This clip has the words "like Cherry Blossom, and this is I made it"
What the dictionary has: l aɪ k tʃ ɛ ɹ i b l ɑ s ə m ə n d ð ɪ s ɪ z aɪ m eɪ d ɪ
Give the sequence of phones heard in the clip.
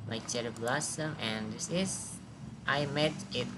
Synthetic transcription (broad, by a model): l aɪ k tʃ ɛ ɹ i b l ɑ s ə m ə n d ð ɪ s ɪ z aɪ m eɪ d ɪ